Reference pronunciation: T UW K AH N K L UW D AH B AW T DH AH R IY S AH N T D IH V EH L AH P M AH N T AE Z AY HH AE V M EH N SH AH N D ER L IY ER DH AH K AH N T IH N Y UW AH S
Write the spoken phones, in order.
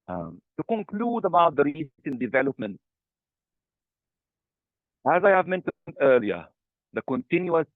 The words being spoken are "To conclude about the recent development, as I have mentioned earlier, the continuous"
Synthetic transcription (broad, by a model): T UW K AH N K L UW D AH B AW T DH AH R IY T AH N D IH V EH L AH P M AH N T AE Z AY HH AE V M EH N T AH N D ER L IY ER DH AH K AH N T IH N Y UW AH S